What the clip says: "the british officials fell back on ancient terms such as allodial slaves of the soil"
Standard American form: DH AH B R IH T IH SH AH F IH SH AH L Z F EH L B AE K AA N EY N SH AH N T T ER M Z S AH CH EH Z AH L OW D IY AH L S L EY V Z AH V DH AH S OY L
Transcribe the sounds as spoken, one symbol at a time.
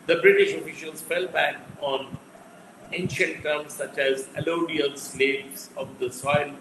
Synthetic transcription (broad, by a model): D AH B R IH T IH SH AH F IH SH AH L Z F EH L B AE K AA N EY N SH AH N T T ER M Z S AH CH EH Z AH L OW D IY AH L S L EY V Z AH V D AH S OY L